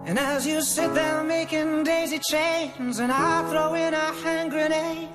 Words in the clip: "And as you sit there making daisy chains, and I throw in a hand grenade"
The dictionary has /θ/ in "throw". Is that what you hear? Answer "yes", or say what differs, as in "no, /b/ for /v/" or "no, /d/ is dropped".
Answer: yes